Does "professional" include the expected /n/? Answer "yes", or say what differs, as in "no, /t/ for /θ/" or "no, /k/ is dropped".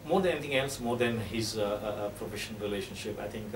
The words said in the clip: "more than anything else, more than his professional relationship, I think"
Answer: no, /n/ is dropped